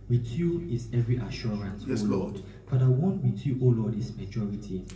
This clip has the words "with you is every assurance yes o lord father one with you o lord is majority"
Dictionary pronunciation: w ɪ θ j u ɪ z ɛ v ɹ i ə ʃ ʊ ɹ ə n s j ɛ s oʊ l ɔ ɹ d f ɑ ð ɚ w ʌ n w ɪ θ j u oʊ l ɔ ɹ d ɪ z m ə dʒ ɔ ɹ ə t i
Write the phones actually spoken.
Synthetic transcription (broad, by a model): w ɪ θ j u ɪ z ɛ v ɹ i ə ʃ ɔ ɹ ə n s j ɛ oʊ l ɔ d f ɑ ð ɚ w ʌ n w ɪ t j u oʊ l ɔ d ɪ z m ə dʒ ɔ ɹ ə t i